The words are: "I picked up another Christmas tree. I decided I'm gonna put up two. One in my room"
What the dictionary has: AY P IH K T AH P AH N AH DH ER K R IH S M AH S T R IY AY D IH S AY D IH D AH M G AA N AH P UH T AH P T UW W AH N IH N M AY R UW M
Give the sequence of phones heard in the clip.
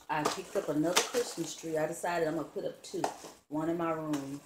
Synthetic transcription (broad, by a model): AY P IH K T AH P AH N AH DH ER K R IH S M AH S T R IY AY D IH S AY D IH D AH M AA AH P UH T AH P T UW W AH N IH N M AY R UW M